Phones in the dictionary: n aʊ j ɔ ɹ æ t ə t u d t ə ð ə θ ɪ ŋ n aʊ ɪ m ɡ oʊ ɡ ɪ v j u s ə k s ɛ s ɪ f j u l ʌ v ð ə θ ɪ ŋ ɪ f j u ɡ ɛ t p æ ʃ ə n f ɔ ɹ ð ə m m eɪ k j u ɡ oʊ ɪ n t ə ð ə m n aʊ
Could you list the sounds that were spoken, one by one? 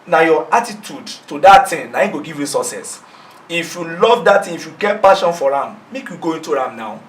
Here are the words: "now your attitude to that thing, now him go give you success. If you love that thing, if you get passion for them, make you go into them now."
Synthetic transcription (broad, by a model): n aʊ j ɔ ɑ t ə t u d t ə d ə t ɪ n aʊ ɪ ɡ oʊ ɡ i v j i s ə s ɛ s ɪ f j u l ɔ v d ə t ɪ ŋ ɪ f j u ɡ ɛ t p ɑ ʃ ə n f ɔ ɹ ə m m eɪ k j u ɡ oʊ ɪ n t ə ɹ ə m n aʊ